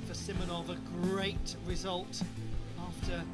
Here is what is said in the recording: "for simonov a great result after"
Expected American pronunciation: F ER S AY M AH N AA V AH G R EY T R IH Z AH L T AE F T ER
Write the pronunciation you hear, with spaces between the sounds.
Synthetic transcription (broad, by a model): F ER S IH M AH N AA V AH G R EY T R IH Z AH L T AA F T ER